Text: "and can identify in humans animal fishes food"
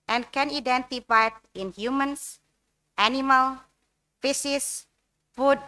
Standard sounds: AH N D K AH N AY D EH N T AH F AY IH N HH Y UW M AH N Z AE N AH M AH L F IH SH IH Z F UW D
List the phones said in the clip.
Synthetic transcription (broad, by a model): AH N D K AH N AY D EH N T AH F AY IH N HH Y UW M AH N S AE N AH M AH L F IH S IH S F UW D